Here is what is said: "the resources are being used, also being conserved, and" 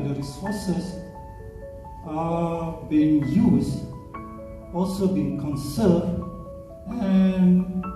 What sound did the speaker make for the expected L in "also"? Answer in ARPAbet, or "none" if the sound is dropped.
L